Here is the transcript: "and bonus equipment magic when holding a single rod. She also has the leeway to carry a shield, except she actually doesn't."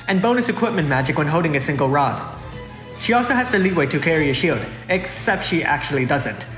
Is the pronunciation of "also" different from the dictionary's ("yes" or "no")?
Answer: no